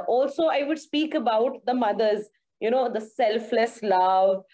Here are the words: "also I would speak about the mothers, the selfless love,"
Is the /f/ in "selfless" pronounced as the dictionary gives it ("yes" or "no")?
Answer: yes